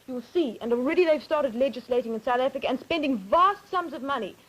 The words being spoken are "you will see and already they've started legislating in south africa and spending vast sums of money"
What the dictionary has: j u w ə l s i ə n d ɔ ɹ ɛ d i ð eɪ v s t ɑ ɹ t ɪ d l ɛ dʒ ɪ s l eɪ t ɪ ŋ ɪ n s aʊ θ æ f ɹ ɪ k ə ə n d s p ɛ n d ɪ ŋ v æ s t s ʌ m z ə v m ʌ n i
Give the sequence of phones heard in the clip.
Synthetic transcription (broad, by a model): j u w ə l s i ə n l ɹ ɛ d i ð eɪ v s t ɑ ɹ t ɪ d l ɛ dʒ ɪ s l eɪ t ɪ ŋ ɪ n s aʊ θ æ f ɹ ɪ k ə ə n s p ɛ n d ɪ ŋ v æ s t s ʌ m z ə v m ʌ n i